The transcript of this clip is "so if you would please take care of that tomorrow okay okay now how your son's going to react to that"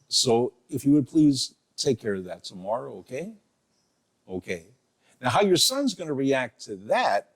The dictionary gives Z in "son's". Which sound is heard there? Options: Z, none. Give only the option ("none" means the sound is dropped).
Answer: Z